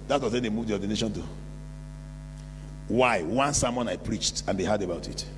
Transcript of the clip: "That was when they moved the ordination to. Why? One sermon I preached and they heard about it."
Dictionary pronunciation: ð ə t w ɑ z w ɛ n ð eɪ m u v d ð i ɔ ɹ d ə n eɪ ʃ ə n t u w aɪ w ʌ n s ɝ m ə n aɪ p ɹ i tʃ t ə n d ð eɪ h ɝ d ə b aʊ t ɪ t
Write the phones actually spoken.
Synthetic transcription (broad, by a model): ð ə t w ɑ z w ɛ n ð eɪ m u v d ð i ɔ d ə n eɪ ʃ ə n t u w aɪ w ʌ n s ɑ m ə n aɪ p ɹ i tʃ t ə n d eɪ h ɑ d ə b aʊ t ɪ t